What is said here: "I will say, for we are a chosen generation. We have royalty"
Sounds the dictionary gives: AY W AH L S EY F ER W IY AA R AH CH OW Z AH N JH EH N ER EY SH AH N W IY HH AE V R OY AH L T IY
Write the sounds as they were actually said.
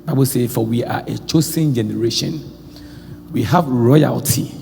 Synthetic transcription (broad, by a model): AY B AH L S EY F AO W IY AA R AH CH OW S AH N JH EH N ER EY SH AH N W IY HH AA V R OY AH L T IY